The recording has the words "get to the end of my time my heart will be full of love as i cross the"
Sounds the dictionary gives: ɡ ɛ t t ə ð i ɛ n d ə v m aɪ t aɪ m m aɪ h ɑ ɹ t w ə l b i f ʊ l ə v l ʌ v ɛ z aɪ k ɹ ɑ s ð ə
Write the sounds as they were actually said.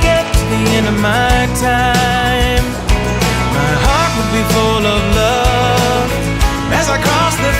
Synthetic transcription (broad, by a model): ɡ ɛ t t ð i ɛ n ə m aɪ t aɪ m m aɪ h ɑ ɹ t w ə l b i f ʊ l ə v l ʌ v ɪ z aɪ k ɹ ɑ s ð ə